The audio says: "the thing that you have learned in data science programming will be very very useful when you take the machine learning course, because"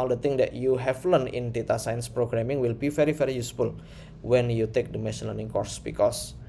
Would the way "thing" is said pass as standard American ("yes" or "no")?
no